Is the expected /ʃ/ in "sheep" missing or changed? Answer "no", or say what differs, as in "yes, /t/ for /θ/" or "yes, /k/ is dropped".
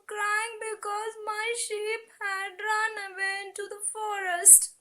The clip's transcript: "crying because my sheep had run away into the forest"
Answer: no